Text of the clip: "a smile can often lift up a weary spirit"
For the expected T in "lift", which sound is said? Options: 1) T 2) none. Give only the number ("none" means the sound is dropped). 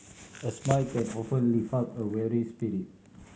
2